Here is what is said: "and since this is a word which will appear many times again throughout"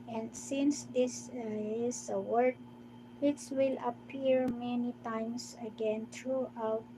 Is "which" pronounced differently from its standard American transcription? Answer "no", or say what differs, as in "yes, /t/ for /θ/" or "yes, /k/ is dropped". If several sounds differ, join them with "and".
yes, /s/ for /tʃ/